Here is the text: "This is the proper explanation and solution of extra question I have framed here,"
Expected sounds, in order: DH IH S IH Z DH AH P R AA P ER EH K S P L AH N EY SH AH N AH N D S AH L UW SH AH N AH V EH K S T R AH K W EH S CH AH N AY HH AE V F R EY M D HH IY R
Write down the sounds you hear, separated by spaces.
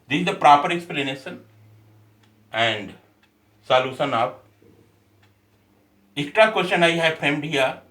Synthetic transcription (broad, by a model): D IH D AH P R AA P ER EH K S P L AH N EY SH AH N AH N D S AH L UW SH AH N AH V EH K T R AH K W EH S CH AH N AY HH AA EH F R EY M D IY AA